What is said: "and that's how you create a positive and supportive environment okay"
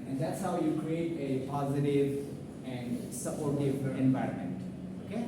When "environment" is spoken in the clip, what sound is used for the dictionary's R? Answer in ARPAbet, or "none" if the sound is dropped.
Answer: R